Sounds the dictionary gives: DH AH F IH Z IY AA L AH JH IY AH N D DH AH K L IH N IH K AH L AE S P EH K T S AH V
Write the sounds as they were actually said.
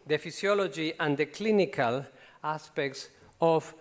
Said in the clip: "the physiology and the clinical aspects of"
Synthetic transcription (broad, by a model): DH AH F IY S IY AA L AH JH IY AH N D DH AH K L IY N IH K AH L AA S P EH K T S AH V